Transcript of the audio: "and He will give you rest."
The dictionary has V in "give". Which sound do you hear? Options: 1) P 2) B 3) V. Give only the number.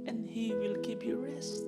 1